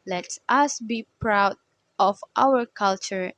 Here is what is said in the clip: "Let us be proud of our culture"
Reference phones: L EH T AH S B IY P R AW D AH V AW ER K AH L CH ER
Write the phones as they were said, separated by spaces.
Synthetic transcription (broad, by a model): L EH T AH S B IY P R AW D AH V AW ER K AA L CH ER